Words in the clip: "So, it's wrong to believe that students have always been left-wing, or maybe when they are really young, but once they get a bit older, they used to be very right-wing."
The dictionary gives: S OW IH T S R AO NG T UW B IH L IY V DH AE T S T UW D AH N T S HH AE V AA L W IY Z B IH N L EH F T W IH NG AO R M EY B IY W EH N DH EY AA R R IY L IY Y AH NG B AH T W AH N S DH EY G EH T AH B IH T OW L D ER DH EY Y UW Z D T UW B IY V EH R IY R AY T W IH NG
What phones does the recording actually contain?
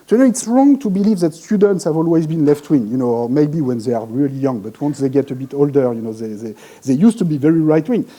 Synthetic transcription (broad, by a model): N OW IH T S R AO NG T UW B IH L IY V DH AE T S T UW D AH N T S HH AE V AA L W IY Z B IH N L EH F T W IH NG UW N M EY B IY W EH N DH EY AA R R IY L IY Y AH NG B AH T W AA N S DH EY G EH T AH B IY T OW L D ER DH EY Y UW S T UW B IY V EH R IY R AY T W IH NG